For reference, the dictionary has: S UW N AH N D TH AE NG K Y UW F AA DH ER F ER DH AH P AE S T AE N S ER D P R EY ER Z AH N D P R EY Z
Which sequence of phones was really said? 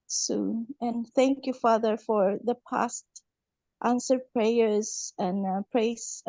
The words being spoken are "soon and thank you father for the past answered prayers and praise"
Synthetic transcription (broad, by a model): S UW N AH N TH AE NG K Y UW F AA DH ER F ER DH AH P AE S T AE N S ER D P R EY ER Z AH N P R EY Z